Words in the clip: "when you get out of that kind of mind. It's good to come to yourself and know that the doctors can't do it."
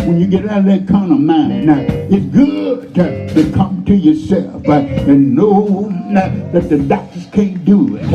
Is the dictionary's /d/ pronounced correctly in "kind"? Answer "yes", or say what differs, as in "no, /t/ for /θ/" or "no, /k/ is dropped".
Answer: no, /d/ is dropped